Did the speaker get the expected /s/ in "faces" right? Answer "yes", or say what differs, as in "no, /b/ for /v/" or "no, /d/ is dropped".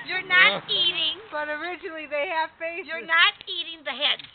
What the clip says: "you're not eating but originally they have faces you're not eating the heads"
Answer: no, /s/ is dropped